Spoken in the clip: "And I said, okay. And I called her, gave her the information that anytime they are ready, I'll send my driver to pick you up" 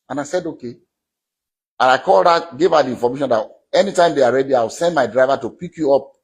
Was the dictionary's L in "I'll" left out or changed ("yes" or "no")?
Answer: yes